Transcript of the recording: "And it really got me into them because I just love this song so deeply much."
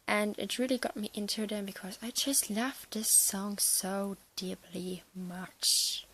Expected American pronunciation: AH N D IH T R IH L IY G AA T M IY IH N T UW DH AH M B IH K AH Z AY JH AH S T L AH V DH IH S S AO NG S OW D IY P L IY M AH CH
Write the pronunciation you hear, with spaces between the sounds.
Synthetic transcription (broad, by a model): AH N IH T R IH L IY G AA T M IY IH N T UW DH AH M B IH K AH Z AY JH AH S T L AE F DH IH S S AO NG S OW D IY P L IY M AH CH